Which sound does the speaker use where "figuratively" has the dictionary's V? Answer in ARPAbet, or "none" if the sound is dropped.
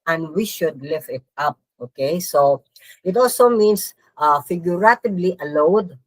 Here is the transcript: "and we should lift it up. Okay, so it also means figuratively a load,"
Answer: B